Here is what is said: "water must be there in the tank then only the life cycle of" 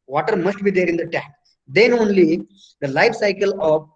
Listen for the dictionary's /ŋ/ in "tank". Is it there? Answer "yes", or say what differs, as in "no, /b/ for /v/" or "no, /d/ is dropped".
no, /ŋ/ is dropped